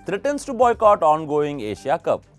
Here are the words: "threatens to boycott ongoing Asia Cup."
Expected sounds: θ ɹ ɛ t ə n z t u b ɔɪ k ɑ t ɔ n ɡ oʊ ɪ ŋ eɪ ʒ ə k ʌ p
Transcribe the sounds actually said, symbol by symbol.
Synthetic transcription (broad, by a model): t ɹ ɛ t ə n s t u b ɔɪ k ɑ t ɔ n ɡ oʊ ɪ ŋ eɪ ʃ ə k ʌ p